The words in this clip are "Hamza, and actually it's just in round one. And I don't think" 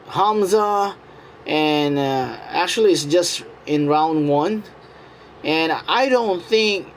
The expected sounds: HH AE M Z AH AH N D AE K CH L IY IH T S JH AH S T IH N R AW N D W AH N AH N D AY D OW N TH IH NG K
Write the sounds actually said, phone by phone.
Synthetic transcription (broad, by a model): HH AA M Z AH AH N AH AE K CH L IY IH T S JH AH S T IH N R AW N D W AH N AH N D AY D OW N TH IH NG K